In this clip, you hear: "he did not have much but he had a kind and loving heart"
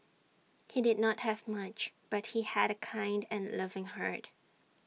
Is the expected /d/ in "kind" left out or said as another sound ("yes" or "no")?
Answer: no